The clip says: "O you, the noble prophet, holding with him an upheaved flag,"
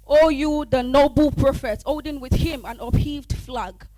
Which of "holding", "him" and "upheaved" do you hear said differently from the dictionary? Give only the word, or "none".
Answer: holding